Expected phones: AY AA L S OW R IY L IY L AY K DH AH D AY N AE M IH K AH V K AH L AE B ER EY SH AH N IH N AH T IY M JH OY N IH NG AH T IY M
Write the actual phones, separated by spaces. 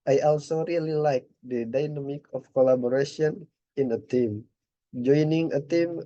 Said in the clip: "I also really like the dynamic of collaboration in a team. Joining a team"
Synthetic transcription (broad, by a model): AY AA L S OW R IY L IY L AY K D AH D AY N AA M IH K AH F K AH L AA B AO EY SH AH N IH N AH T IY M JH OY N IH NG AH T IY M